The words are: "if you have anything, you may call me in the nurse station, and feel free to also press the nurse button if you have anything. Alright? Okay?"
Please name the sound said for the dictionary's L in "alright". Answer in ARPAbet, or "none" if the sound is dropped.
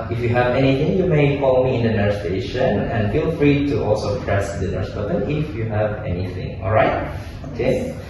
L